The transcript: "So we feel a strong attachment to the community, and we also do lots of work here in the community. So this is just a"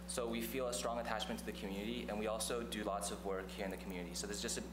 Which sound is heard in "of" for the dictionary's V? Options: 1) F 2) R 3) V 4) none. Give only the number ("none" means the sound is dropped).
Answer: 3